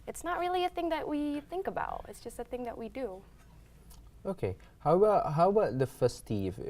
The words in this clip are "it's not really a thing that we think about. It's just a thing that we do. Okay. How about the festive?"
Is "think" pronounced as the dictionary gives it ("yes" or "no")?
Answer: yes